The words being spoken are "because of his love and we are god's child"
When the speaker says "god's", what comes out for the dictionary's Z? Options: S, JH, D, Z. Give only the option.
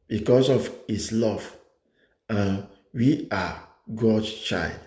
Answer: S